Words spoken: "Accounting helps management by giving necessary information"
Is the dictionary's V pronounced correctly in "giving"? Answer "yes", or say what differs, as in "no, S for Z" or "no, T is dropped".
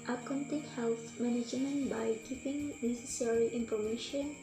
no, P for V